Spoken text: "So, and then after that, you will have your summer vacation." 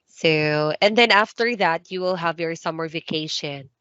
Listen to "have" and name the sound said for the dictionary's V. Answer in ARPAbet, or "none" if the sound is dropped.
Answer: V